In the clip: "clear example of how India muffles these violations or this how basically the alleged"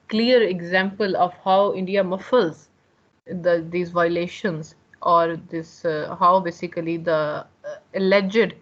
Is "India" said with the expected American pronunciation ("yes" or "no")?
yes